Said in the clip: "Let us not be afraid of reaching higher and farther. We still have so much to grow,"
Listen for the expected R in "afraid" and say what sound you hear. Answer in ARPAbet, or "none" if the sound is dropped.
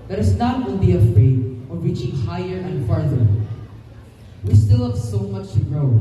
none